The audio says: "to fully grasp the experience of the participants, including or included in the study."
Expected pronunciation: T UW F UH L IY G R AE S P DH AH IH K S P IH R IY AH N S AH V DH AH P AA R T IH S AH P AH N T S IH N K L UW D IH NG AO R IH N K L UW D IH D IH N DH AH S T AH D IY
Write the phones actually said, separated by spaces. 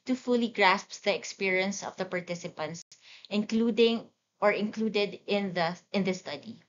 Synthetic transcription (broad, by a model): T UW F UH L IY G R AE S P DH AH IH K S P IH R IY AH N S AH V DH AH P AA R T IH S AH P AH N T S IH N K L UW D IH NG AO R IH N K L UW D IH D IH N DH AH S T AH D IY